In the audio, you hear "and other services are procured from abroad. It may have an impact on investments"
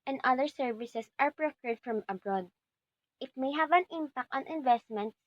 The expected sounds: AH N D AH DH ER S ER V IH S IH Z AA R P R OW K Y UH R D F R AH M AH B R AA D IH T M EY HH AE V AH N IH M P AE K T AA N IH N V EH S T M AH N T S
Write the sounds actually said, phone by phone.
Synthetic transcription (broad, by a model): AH N D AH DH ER S ER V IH S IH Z AA R P R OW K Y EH R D F R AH M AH B R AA D IH T M EY HH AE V AH N IH M P AE K T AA N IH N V EH S T M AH N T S